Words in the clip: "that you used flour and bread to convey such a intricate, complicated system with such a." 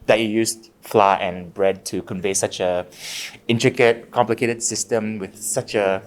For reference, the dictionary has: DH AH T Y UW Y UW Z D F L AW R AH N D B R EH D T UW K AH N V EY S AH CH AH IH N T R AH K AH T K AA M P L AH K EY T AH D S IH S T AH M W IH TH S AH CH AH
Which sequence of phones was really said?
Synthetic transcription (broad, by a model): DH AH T Y UW Y UW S F L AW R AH N B R EH D T UW K AH N V EY S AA CH AH IH N T R AH K AH T K AA M P L AH K EY T AH D S IH S T AH M W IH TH S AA CH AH